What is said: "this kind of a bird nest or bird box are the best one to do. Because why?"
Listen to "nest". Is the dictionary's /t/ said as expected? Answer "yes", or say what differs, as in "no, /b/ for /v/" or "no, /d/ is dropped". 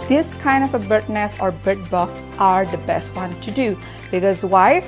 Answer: no, /t/ is dropped